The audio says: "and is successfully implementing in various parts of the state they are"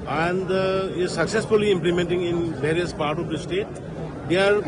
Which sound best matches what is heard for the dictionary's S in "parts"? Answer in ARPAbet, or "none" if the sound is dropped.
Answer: none